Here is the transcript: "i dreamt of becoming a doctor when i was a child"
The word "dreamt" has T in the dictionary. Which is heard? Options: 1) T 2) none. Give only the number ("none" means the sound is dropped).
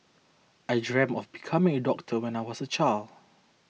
2